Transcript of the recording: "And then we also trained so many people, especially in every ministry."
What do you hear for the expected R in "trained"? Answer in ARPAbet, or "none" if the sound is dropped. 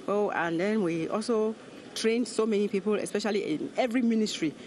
R